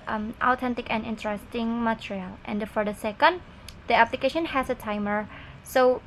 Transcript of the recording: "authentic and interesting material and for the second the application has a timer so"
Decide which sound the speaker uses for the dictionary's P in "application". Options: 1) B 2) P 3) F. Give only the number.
2